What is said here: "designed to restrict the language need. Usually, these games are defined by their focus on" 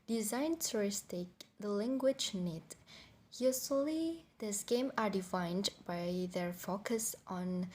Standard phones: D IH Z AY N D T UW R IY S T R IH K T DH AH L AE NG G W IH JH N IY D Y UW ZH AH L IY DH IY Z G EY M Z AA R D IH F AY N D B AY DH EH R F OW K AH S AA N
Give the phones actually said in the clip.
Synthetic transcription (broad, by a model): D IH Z AY N T UW R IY S T IH K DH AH L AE NG G W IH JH N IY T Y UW S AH L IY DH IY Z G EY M AA R D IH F AY N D B AY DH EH R F OW K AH S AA N